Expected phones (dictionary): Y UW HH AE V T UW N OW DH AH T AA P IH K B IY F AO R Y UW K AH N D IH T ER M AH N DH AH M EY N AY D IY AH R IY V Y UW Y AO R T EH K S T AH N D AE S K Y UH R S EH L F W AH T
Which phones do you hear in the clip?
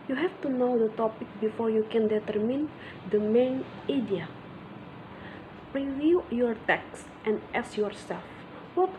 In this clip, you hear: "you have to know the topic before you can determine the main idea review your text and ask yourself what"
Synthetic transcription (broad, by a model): Y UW HH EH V T UW N OW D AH T AA P IH K B IY F AO R Y UW K AH N D IH T ER M AH N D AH M EY N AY D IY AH R IY V Y UW Y AO R T EH K S T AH N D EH S Y UH R S EH L F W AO T